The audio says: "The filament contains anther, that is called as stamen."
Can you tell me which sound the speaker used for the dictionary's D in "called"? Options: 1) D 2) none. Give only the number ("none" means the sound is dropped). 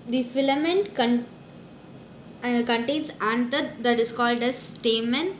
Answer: 1